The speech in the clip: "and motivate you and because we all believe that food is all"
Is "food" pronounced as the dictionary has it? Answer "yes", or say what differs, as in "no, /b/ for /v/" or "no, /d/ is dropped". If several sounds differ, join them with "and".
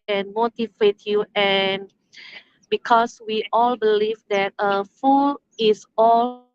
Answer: no, /d/ is dropped